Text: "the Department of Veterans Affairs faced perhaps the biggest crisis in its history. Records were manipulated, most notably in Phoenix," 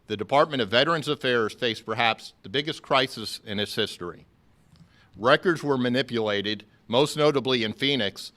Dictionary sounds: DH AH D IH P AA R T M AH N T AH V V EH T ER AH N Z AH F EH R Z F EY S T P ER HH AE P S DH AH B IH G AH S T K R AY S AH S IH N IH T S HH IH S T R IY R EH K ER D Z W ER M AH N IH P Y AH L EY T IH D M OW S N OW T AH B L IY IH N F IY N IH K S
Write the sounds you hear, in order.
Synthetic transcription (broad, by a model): DH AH D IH P AA R T M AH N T AH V V EH T ER AH N Z AH F EH R Z F EY S P ER HH AE P S DH AH B IH G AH S K R AY S AH S IH N IH T S HH IH S T R IY R EH K ER D Z W ER M AH N IH P Y AH L EY T IH D M OW S N OW T AH B L IY IH N F IY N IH K S